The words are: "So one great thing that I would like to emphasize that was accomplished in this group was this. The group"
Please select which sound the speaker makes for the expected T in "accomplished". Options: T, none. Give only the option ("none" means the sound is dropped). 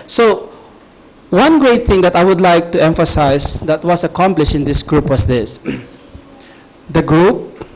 none